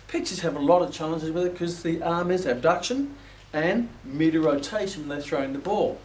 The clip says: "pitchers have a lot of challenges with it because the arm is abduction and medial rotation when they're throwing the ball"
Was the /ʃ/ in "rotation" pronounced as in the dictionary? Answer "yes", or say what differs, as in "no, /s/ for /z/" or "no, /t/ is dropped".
no, /ʃ/ is dropped